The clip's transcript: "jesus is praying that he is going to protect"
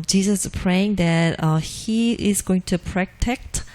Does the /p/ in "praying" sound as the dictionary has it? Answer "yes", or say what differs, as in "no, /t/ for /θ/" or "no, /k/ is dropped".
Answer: yes